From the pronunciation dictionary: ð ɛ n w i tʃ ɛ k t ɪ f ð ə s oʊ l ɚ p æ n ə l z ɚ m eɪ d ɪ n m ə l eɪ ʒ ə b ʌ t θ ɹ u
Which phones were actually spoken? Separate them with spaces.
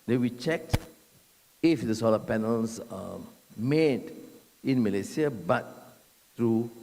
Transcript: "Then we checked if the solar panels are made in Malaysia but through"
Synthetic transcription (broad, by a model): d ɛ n w i tʃ ɛ k t ɪ f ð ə s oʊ l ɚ p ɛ n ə l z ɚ m eɪ d ɪ n m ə l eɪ s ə b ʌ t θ ɹ u